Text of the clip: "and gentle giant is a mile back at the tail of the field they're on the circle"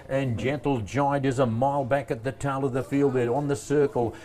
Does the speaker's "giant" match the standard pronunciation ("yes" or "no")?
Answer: no